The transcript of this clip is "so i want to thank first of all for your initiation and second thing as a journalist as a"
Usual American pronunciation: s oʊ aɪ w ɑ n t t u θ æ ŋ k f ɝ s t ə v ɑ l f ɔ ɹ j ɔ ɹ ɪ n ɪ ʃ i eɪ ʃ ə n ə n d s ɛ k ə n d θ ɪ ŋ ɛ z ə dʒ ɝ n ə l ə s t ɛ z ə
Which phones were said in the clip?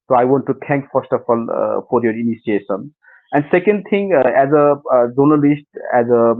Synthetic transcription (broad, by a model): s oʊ aɪ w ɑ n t t u t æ ŋ k f ɝ s t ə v ɑ l f ɔ ɹ j ɔ ɹ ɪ n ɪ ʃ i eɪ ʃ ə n ə n d s ɛ k ə n d t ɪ ŋ ɛ z ə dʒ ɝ n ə l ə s t ɛ z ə